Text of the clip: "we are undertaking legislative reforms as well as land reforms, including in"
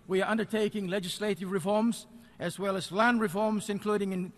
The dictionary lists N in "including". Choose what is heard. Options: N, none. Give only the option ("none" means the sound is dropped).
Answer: N